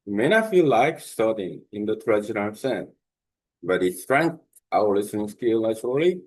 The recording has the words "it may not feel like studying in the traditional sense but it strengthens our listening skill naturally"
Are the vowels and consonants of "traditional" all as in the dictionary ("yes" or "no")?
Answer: no